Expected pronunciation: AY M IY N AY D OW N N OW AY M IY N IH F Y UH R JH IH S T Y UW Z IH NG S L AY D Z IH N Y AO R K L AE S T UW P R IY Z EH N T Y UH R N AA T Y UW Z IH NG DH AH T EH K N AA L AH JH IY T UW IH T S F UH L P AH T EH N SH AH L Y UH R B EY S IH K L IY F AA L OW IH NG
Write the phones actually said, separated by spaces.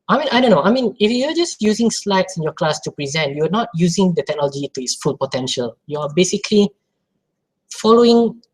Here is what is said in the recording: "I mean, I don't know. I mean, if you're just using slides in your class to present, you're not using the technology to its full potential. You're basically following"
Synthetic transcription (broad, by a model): AY M IY N AY D OW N N OW AY M IY N IH F Y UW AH JH IH S T Y UW Z IH NG S L AY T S IH N Y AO K L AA S T UW P R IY Z EH N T Y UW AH N AA T Y UW Z IH NG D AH T EH K N AA L AH JH IY T UW IH T S F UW L P AH T EH N SH AH L Y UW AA B EY S IH K L IY F AA L OW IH NG